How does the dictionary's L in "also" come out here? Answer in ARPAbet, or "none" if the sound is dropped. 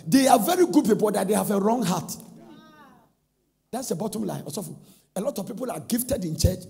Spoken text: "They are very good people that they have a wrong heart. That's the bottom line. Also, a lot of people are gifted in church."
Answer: none